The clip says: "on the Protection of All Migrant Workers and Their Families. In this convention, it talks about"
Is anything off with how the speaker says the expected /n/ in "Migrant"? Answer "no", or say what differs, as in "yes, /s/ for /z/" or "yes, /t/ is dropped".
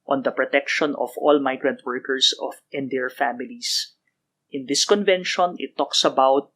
no